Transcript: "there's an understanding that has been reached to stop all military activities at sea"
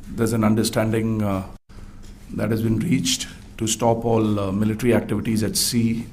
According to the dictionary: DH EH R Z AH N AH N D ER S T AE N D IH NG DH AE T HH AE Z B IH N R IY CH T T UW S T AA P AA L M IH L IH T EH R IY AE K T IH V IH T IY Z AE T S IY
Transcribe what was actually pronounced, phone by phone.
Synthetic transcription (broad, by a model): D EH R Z AH N AH N D ER S T AE N D IH NG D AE T HH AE Z B IH N R IY CH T T UW S T AA P AA L M IH L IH T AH R IY AE K T IH V IH T IY Z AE T S IY